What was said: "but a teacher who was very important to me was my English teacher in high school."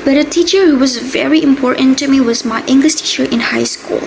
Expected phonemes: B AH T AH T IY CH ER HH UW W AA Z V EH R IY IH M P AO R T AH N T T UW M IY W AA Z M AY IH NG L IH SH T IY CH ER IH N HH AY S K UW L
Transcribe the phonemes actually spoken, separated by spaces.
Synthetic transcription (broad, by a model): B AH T AH T IY CH ER HH UW W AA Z V EH R IY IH M P AO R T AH N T T UW M IY W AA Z M AY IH NG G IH S T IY CH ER IH N HH AY S K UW L